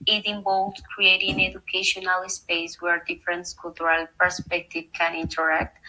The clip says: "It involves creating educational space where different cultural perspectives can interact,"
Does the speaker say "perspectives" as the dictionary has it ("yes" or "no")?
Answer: no